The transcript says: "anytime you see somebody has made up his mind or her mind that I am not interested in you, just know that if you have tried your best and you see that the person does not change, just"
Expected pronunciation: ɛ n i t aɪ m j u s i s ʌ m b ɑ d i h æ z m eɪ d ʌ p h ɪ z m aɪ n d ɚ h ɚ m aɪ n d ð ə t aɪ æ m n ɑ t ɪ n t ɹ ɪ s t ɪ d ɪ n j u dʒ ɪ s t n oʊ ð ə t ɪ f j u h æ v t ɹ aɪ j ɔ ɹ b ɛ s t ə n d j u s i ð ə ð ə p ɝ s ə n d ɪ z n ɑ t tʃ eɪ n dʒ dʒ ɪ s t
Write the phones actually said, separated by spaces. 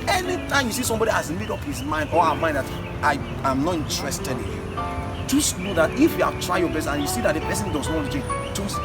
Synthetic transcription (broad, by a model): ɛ n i t aɪ m j u s i s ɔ m b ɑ d i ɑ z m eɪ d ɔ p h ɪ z m aɪ n d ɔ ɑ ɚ m aɪ n d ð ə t aɪ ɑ m n ɑ t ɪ n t ɹ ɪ s t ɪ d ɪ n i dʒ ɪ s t n oʊ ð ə t ɪ f j u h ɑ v t ɹ aɪ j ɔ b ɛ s ə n j u s i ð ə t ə p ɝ s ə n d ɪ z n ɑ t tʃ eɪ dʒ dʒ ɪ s